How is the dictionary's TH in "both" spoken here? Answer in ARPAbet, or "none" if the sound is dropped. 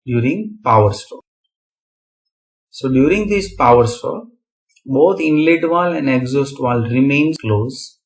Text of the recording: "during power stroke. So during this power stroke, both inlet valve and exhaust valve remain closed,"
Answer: T